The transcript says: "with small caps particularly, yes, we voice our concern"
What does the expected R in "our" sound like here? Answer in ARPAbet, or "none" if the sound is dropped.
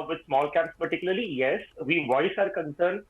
R